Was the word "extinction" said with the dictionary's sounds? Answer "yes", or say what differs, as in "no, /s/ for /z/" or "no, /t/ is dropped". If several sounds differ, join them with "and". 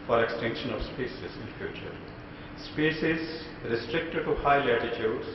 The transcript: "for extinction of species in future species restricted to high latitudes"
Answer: yes